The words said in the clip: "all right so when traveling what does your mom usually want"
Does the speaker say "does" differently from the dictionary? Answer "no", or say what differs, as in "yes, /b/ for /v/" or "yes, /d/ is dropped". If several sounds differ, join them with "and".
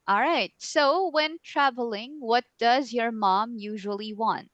no